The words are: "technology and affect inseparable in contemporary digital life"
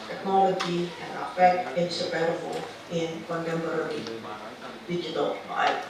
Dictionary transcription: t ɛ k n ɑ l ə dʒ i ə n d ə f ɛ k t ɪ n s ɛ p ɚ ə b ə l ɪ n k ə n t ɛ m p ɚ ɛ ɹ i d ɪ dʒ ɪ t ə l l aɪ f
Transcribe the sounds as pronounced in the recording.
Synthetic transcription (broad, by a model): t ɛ k n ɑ l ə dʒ i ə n ə f ɛ k t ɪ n s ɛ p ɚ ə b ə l ɪ n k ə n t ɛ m b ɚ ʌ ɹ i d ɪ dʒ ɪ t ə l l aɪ